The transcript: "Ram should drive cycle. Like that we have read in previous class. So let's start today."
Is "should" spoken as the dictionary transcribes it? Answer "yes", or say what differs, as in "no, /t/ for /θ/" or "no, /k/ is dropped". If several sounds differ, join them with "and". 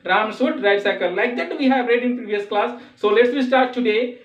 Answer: no, /s/ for /ʃ/